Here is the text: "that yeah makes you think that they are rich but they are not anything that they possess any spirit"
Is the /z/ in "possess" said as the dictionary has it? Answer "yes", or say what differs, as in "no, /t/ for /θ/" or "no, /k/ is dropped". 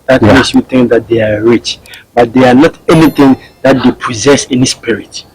yes